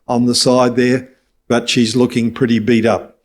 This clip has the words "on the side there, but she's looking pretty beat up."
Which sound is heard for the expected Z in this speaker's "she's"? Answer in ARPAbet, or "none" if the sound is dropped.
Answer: Z